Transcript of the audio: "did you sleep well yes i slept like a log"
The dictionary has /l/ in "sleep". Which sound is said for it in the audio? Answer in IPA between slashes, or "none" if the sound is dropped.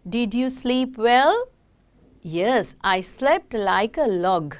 /l/